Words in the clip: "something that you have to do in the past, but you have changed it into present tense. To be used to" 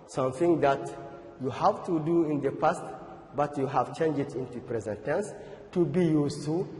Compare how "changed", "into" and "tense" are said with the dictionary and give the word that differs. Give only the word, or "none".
changed